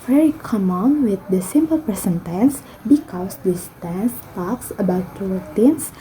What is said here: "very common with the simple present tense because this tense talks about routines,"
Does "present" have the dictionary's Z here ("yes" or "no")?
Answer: no